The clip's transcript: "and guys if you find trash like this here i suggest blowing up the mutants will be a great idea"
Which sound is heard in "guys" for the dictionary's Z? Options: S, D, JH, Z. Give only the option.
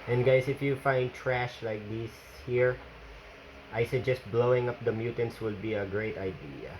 S